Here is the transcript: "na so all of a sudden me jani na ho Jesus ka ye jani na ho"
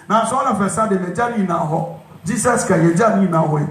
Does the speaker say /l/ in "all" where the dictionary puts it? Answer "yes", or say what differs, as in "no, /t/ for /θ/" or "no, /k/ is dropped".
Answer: no, /n/ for /l/